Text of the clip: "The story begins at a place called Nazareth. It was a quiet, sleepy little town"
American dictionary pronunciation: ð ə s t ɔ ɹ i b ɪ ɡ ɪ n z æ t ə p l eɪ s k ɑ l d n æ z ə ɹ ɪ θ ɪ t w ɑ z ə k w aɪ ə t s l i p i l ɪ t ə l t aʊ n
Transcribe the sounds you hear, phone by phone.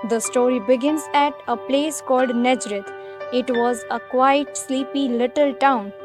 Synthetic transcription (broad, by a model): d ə s t ɔ ɹ i b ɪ ɡ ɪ n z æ t ə p l eɪ s k ɑ l d n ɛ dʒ ɹ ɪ t ɪ t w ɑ z ə k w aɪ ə t s l i p i l ɪ t ə l t aʊ n